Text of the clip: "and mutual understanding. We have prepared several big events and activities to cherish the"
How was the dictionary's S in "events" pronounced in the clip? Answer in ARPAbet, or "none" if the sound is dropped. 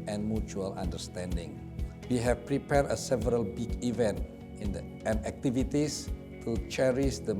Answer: none